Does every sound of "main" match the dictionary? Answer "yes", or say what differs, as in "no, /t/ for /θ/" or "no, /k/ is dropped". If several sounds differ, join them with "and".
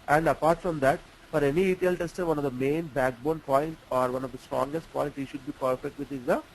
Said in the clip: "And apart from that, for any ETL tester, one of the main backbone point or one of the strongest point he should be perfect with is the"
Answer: yes